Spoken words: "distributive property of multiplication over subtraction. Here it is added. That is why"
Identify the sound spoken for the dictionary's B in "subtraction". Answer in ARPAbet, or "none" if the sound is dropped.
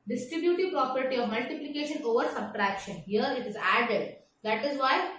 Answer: B